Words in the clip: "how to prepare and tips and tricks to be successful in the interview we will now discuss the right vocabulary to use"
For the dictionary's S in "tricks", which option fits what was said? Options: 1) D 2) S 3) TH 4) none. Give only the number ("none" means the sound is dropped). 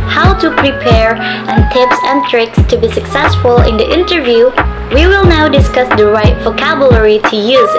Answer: 2